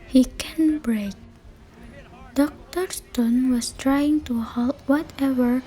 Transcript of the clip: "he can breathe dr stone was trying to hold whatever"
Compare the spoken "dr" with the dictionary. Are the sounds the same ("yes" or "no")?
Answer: yes